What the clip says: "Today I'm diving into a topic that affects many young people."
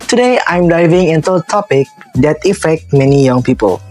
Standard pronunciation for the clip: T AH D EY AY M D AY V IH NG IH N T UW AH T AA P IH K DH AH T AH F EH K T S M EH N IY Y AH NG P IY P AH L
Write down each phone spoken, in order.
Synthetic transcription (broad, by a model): T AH D EY AY M D AY V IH NG IH N T UW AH T AA P IH K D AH T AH F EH K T M EH N IY Y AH NG P IY P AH L